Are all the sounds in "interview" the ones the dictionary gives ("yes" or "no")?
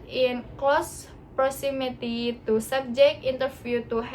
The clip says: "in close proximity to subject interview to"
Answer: no